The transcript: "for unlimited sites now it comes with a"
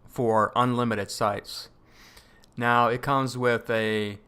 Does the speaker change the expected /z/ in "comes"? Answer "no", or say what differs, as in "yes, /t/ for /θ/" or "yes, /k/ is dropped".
no